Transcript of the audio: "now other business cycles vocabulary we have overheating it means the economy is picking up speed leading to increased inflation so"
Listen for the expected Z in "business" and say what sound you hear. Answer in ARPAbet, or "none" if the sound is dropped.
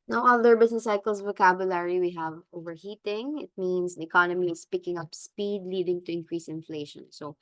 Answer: S